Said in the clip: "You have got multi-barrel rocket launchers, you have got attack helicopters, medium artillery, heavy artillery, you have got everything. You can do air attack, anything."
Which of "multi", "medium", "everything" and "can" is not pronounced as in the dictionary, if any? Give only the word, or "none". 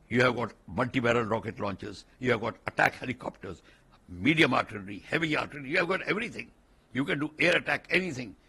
everything